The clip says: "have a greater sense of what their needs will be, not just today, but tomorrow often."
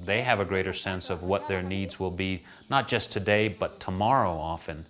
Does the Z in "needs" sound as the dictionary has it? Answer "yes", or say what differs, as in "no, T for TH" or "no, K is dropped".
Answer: yes